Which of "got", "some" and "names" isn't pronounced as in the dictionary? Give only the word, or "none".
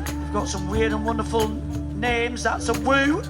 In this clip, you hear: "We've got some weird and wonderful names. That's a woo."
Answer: none